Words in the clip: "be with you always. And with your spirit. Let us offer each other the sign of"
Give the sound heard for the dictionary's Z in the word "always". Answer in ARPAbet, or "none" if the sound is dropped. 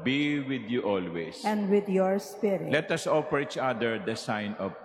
S